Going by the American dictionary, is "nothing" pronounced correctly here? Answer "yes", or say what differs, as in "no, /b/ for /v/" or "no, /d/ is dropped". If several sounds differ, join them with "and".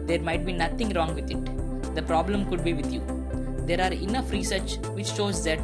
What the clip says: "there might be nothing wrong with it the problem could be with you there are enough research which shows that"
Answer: no, /t/ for /θ/